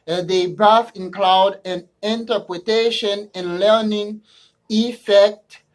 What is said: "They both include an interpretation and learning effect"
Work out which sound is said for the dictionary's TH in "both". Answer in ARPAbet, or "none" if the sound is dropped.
F